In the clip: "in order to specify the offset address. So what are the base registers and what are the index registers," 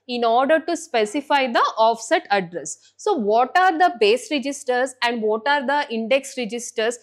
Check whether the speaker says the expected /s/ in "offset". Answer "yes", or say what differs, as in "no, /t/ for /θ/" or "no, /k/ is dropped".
yes